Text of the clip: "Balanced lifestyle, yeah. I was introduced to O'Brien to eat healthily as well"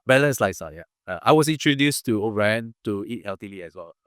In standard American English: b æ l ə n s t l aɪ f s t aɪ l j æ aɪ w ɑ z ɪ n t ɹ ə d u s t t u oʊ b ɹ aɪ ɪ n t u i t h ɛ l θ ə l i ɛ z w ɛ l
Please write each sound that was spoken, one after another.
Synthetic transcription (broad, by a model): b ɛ l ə n s l aɪ s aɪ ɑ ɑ aɪ w ɑ s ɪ n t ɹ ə d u s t t u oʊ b ɹ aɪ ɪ n t u i t h ɛ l t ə l i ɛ s w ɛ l